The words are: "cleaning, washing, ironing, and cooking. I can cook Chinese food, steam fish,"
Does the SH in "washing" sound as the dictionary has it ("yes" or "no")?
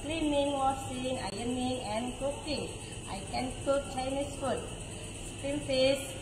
no